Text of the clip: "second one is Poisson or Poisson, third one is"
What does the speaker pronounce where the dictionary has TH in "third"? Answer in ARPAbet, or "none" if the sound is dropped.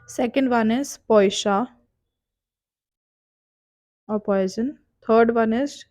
T